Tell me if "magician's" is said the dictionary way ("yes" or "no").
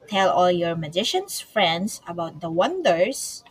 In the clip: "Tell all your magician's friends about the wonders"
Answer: no